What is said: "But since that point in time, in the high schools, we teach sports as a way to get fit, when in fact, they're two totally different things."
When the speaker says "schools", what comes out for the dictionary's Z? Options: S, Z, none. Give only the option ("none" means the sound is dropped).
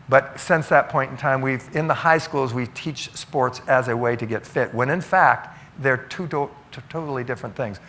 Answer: Z